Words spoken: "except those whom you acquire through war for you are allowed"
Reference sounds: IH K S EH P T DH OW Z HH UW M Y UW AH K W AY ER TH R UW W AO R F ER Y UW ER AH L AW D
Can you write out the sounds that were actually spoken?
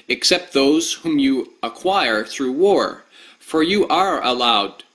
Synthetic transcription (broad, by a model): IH K S EH P T DH OW Z HH UW M Y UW AH K W AY ER TH R UW W AO R F ER Y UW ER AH L AW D